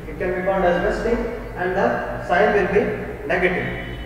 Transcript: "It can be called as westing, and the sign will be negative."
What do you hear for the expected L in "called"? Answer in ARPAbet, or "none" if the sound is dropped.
N